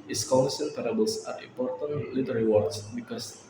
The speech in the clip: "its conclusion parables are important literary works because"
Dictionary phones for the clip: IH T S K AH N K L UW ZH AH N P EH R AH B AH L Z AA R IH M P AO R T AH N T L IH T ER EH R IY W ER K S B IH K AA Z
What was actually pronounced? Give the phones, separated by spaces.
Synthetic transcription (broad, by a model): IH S K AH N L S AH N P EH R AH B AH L S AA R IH M P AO R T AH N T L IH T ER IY W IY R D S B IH K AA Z